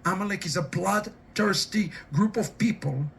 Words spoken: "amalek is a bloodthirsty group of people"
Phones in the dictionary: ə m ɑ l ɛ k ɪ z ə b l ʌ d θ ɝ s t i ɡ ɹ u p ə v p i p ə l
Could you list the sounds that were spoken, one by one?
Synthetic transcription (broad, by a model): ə m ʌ l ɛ k ɪ z ə b l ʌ d t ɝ s t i ɡ ɹ u p ə v p i p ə l